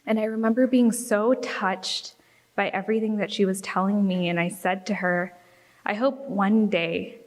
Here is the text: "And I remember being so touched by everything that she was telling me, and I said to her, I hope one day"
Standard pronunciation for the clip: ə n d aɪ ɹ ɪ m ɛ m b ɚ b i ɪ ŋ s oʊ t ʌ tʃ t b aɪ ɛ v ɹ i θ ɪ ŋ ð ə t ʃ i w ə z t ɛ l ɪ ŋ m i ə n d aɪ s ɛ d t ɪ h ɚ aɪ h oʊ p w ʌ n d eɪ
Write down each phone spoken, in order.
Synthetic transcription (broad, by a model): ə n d aɪ ɹ ɪ m ɛ m b ɚ b i ɪ ŋ s oʊ t ʌ tʃ t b aɪ ɛ v ɹ i θ ɪ ŋ ð ə t ʃ i w ə z t ɛ l ɪ ŋ m i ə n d aɪ s ɛ d t ɪ ɚ aɪ h oʊ p w ʌ n d eɪ